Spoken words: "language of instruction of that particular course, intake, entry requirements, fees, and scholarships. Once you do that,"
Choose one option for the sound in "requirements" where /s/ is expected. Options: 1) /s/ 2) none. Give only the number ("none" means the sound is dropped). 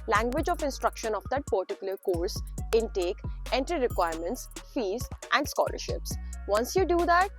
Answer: 1